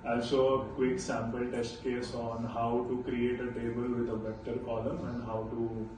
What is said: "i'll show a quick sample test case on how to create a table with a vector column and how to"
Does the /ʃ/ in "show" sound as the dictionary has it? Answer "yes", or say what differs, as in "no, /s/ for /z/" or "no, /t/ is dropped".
no, /s/ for /ʃ/